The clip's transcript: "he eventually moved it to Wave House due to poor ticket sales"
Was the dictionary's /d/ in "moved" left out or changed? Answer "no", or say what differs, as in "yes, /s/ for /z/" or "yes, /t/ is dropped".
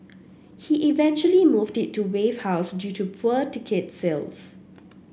no